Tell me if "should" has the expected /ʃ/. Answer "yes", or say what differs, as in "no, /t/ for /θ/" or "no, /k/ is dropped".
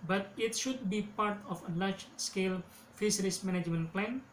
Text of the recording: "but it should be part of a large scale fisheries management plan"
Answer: yes